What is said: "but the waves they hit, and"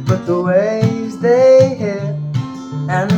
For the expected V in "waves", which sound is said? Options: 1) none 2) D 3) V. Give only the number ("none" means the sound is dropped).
1